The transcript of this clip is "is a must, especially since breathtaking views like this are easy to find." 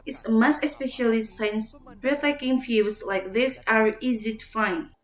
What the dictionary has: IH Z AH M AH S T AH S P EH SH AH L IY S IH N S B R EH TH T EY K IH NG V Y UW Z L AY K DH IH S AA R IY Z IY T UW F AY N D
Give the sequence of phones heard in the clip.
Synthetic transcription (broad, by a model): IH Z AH M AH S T AH S P EH SH AH L IY S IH N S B R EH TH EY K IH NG F Y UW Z L AY K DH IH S AA R IY Z IY T UW F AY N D